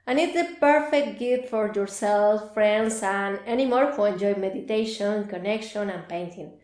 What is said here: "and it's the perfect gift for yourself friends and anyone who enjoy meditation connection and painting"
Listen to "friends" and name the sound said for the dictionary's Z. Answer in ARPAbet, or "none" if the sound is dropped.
S